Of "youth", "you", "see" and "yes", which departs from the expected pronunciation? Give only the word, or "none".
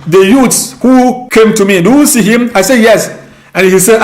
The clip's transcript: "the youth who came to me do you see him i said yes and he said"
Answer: youth